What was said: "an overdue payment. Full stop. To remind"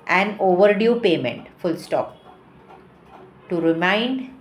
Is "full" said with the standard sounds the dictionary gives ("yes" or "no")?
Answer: yes